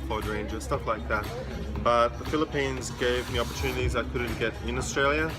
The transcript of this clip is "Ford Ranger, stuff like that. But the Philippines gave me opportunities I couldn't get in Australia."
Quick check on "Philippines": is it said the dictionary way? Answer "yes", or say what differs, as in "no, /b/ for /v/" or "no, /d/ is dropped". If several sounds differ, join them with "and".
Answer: yes